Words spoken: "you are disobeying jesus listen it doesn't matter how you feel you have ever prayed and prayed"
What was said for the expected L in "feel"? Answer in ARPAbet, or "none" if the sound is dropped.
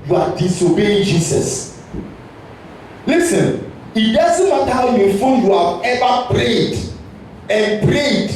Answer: N